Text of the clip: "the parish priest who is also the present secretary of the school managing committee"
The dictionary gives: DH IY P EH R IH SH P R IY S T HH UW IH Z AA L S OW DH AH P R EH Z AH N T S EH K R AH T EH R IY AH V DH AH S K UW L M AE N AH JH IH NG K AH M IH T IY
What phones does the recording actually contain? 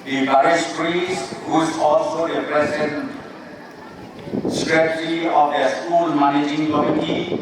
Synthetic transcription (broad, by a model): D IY B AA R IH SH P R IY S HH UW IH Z AA L S OW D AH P R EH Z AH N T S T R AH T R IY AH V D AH S K UW L M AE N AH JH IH NG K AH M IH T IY